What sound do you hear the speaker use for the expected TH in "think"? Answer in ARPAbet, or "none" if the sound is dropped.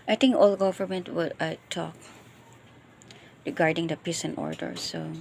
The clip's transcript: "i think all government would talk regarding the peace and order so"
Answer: T